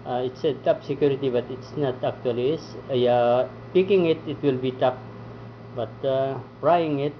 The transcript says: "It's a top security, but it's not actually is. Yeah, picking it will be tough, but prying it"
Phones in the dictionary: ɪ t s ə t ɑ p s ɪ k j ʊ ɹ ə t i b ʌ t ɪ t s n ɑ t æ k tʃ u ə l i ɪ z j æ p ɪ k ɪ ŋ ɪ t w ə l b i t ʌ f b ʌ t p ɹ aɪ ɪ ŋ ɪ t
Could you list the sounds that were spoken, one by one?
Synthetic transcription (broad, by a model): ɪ t s ə t ɑ p s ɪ k j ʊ ɹ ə t i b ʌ t ɪ t s n ɑ t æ k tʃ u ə l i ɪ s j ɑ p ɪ k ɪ ŋ ɪ t w ə l b i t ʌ p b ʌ t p ɹ aɪ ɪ ŋ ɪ t